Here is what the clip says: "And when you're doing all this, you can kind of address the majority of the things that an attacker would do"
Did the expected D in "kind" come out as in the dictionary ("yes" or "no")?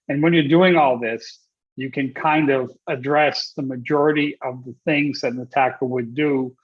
yes